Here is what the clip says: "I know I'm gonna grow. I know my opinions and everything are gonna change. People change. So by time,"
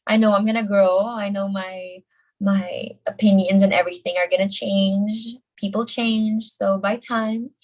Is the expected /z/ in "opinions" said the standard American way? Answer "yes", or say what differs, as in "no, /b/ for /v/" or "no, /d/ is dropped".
yes